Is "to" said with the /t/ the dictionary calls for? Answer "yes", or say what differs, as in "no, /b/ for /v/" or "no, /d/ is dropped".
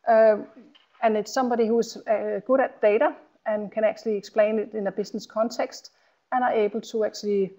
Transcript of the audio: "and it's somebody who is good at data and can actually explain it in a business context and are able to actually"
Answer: no, /s/ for /t/